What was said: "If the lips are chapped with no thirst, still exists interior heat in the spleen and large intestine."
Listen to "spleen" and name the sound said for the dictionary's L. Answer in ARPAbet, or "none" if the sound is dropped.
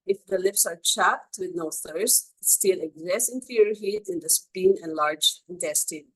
none